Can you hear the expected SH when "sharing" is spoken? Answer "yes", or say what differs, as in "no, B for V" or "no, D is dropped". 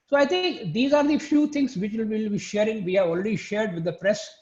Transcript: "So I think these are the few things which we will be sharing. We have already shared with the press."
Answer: yes